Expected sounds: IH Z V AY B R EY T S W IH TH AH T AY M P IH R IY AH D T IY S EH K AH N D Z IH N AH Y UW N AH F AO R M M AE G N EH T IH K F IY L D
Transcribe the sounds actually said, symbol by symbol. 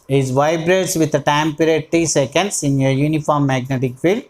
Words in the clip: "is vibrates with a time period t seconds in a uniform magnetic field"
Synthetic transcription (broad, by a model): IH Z V AY B R EY T S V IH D AH T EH M P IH R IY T T IY S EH K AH N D S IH N AH Y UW N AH F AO R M M AE G N EH T IH K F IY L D